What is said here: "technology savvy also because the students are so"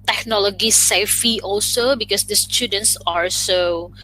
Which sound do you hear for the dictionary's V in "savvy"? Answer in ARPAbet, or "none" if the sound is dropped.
F